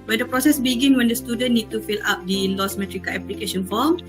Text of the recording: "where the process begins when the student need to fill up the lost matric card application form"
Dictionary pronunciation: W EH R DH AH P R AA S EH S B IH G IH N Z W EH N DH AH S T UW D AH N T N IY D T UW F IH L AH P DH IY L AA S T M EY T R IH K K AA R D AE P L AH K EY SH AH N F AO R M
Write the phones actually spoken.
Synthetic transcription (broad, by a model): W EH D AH P R AA S EH S B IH G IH N W EH N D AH S T UW D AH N N IY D T UW F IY L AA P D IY L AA S M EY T R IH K K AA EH P L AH K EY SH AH N F AO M